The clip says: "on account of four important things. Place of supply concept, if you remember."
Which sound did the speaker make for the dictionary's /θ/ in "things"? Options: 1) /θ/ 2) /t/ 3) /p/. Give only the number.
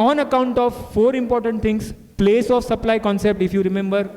2